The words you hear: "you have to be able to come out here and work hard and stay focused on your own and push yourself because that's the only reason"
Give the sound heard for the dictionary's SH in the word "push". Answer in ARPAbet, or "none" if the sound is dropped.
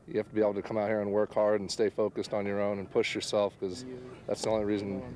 SH